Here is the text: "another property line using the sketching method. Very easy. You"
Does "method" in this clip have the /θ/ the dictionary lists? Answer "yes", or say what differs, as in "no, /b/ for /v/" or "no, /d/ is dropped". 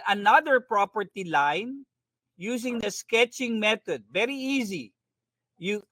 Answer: no, /t/ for /θ/